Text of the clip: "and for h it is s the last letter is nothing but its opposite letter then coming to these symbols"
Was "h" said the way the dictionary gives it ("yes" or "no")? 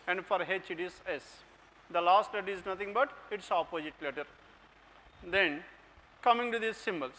yes